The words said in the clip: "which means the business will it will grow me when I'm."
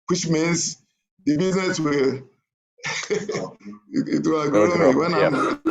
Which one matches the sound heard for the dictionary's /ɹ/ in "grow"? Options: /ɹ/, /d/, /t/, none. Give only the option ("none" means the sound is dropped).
none